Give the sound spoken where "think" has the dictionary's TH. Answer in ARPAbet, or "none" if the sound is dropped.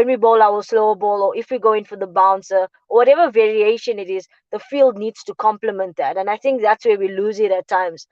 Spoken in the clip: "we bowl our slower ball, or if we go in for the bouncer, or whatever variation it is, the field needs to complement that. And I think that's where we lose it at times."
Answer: TH